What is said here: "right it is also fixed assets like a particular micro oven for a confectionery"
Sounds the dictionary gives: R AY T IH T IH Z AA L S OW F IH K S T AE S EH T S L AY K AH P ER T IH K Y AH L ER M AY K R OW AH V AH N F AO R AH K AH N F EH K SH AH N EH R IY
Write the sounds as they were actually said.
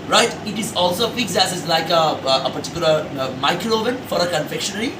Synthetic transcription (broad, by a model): R AY T IH T IH Z AA L S OW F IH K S AE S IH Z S L AY K AH P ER T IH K Y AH L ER M AY K R OW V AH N F AO R AH K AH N F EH K SH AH N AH R IY